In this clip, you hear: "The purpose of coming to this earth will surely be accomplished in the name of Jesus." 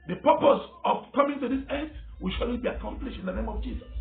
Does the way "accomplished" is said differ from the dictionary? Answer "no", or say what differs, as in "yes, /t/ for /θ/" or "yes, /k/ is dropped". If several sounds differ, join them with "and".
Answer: no